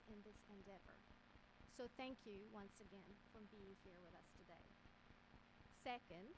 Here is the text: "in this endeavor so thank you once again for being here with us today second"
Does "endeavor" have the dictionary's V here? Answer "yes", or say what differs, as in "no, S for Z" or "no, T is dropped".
yes